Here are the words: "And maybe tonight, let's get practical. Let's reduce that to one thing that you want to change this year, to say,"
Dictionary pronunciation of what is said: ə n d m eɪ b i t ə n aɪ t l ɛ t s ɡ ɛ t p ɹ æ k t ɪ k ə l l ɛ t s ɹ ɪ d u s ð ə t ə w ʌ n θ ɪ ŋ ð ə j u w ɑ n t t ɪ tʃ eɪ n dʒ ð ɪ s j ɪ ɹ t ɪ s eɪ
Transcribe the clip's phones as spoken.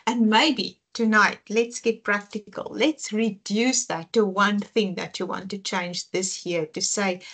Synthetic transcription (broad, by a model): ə n m eɪ b i t ə n aɪ t l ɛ t s ɡ ɛ t p ɹ æ k t ɪ k ə l l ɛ t s ɹ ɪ d u s ð ə t ə w ʌ n θ ɪ ŋ ð ə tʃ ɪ w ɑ n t t ɪ tʃ eɪ n dʒ ð ɪ s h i ɹ t ɪ s eɪ